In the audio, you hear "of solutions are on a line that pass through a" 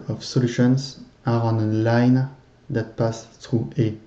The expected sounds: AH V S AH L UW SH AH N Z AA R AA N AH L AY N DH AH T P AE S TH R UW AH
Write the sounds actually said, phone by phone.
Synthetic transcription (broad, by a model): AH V S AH L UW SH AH N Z AA R AA N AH L AY N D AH T P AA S T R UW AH